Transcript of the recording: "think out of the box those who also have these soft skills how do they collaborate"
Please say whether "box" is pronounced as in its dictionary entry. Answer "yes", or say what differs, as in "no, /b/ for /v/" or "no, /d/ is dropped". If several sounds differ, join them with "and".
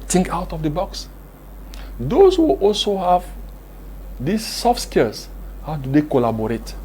yes